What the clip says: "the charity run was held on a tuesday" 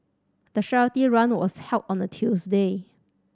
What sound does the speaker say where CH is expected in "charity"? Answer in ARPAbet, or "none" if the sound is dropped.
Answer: SH